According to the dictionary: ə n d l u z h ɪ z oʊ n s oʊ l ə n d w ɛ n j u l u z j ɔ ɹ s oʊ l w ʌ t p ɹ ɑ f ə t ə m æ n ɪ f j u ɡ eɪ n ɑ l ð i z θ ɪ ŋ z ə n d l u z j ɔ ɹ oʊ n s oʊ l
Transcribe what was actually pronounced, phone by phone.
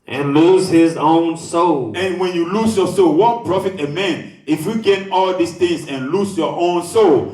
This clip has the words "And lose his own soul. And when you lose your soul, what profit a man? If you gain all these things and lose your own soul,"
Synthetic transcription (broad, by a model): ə n l u z h ɪ z oʊ n s oʊ l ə n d w ɛ n j u l u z j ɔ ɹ s oʊ l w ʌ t p ɹ ɑ f ə t ə m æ n ɪ f j u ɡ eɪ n ɑ l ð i s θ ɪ ŋ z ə n l u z j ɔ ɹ oʊ n s oʊ l